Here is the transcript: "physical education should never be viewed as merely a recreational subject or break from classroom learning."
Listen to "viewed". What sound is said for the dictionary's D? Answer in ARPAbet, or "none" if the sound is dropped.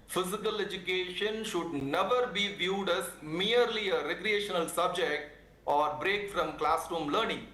D